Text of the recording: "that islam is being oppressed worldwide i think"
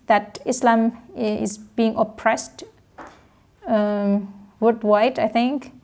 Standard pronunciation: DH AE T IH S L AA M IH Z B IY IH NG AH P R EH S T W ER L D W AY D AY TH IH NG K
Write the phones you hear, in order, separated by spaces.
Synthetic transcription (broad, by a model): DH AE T IH S L AA M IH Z B IY IH NG AH P R EH S T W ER D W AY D AY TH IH NG K